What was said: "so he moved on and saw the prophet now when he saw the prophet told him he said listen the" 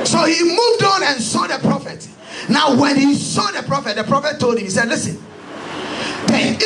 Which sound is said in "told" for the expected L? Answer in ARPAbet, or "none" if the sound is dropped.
L